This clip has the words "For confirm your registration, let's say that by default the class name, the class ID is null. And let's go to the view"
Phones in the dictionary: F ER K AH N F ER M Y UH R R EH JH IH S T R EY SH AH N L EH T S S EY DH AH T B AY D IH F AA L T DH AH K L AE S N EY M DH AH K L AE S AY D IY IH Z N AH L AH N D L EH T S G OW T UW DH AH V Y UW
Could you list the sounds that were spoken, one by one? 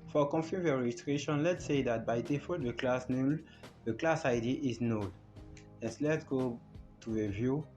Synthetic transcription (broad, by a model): F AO K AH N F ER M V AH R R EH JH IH S T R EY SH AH N L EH T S S EY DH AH T B AY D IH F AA T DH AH K L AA S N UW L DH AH K L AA S AY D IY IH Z N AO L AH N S L EH T S G OW T UW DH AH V Y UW